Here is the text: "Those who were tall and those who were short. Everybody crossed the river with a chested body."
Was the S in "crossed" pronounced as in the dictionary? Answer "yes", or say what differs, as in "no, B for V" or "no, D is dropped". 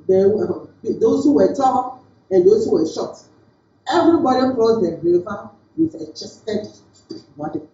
no, S is dropped